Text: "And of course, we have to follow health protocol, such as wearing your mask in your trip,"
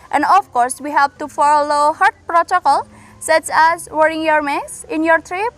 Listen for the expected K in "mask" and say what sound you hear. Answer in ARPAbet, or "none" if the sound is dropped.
none